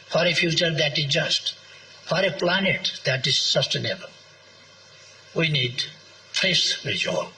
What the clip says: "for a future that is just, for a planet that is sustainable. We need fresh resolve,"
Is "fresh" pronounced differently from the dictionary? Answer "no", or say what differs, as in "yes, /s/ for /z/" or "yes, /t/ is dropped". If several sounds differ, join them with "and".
yes, /s/ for /ʃ/